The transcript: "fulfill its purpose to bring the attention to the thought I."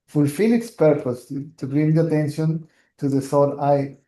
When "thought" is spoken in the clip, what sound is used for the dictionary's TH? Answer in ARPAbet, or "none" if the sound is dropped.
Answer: S